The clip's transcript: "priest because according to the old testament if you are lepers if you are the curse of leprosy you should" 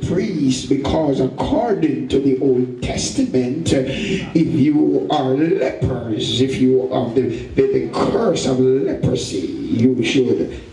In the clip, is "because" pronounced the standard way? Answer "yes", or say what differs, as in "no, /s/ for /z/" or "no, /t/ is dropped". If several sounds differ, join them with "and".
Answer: yes